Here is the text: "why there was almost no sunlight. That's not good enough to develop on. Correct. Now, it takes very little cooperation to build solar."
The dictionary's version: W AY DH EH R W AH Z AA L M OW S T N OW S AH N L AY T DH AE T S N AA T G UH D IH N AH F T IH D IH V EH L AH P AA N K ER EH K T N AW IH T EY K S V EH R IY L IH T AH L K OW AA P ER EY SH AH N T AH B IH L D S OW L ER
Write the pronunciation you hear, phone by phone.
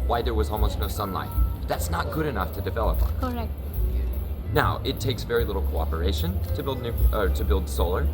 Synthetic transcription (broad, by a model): W AY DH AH R W AH Z AA L M OW S T N OW S AH N L AY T DH AE T S N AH T G UH D IH N AH F T IH D IH V EH L AH P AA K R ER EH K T N AW IH T EY K S V EH R IY L IH T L K OW AA P ER EY SH AH N T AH B IH L D S OW L ER